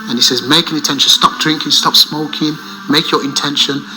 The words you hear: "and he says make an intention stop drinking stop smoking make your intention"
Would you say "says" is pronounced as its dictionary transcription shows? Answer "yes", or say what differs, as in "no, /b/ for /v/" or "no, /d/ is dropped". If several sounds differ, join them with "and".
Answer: yes